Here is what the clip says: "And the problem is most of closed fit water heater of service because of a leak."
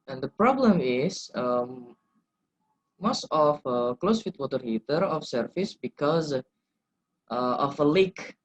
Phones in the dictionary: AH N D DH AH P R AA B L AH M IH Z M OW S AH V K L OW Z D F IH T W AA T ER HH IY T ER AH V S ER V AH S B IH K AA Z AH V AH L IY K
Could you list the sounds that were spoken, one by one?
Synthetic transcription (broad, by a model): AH N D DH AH P R AA B L AH M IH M M OW S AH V K L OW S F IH T W AA T ER HH IY T ER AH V S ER F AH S B IH K AA Z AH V AH L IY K